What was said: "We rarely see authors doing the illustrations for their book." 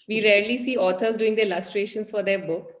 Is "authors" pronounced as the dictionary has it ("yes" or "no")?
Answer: no